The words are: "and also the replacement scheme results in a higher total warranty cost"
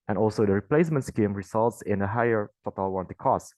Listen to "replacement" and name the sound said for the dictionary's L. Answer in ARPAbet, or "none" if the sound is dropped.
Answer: L